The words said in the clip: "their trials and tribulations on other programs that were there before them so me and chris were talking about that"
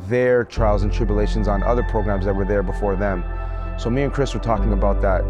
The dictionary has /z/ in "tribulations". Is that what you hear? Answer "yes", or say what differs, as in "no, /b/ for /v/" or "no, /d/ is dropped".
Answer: yes